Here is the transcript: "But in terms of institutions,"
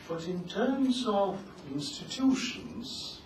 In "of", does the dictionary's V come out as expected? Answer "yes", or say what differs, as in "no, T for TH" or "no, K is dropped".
yes